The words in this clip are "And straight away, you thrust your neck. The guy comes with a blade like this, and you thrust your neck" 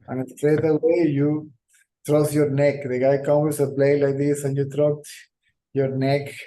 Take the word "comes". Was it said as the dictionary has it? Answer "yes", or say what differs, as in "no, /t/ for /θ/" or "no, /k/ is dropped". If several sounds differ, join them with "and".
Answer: no, /z/ is dropped